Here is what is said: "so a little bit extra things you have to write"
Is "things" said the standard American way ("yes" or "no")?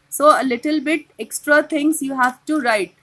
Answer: no